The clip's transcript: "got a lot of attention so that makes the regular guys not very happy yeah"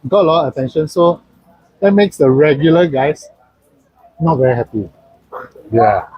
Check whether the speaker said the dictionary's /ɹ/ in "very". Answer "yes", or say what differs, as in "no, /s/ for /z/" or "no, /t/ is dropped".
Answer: yes